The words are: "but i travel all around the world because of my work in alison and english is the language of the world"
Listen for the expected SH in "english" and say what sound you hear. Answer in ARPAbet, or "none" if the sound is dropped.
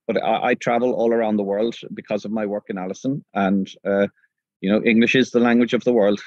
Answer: SH